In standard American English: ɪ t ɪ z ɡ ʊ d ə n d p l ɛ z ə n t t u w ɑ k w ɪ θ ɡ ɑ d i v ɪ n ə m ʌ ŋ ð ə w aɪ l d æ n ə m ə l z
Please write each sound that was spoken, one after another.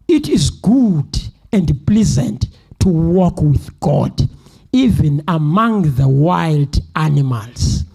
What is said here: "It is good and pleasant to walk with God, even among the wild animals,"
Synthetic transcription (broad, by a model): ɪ t ɪ z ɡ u d ə n d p l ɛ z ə n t t u w ɑ k w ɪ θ ɡ ɑ d i v ɪ n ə m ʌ ŋ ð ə w aɪ l d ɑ n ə m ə l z